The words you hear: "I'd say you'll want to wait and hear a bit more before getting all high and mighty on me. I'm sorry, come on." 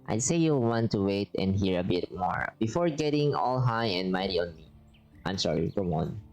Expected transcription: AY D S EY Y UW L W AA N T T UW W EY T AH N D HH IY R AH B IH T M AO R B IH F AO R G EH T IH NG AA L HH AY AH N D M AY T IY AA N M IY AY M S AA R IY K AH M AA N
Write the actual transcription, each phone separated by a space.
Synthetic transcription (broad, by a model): AY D S EY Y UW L W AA N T T UW W EY T AH N D HH IY R AH B IH T M AO R B IH F AO R G EH T IH NG AA L HH AY AH N D M AY T IY AA N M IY AY M S AA R IY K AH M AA N